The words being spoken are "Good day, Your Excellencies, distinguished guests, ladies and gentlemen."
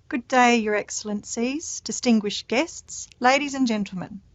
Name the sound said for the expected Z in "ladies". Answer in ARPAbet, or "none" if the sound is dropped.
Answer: Z